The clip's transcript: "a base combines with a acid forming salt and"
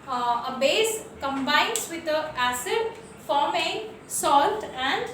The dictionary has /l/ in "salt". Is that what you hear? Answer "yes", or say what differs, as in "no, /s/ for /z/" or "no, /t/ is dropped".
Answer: yes